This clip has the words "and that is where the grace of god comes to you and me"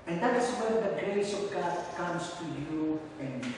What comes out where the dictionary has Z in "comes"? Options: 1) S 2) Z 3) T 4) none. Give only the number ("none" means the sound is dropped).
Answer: 1